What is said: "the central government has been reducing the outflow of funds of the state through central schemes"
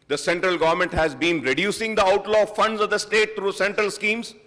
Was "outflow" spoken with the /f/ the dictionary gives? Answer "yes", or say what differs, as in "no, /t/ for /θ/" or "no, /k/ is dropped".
no, /f/ is dropped